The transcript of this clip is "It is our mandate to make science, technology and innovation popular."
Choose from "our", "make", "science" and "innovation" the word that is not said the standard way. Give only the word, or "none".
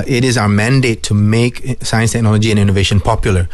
none